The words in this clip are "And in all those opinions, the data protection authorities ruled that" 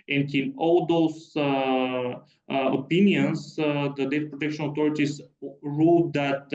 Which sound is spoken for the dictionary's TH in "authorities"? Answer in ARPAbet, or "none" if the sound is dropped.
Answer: T